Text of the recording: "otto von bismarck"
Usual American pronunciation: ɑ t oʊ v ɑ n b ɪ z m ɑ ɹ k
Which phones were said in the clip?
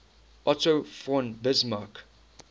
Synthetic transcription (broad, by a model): ɑ t oʊ f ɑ n b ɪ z m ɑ k